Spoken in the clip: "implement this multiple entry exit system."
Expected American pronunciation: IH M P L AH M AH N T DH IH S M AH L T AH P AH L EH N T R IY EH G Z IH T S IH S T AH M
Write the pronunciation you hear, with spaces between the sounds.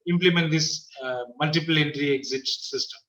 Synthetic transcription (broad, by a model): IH M P L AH M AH N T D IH S M AH L T AH P AH L EH N T R IY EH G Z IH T S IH S T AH M